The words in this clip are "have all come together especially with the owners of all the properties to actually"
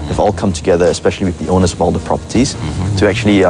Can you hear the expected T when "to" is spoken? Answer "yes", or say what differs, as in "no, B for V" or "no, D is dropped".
yes